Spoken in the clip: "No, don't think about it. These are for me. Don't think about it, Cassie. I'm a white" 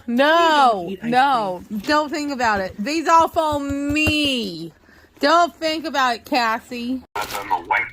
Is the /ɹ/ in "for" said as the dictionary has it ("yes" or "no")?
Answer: no